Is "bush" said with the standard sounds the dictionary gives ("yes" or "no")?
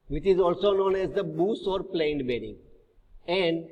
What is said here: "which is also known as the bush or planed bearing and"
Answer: no